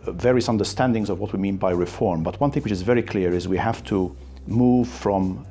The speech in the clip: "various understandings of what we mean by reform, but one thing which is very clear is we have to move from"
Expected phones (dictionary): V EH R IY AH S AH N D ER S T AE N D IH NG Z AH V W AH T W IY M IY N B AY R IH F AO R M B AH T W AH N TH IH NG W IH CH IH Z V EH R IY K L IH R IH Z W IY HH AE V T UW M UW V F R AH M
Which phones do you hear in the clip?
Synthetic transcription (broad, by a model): V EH R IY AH S AH N D ER S T AE N D IH NG Z AH V W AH T W IY M IY N B AY R IH F AO R M B AH T W AH N TH IH NG W IH CH IH Z V EH R IY K L IH R IH Z W IY HH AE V T UW M UW V F R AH M